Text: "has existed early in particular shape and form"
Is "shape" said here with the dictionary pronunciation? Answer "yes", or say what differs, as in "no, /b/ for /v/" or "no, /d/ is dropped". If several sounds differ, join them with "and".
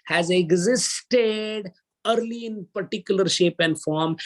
yes